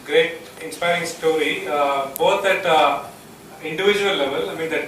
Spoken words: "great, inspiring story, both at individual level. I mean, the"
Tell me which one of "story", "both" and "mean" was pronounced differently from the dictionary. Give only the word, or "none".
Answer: both